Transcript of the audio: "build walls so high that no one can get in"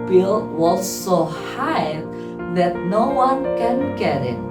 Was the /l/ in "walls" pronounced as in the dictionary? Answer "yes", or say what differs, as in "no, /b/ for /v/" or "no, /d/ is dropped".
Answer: no, /l/ is dropped